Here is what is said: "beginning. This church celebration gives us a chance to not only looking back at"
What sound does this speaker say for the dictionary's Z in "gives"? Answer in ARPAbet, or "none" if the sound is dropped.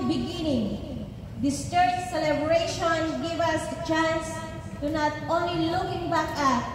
none